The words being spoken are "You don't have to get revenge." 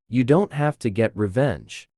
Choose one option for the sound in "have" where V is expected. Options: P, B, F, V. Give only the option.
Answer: F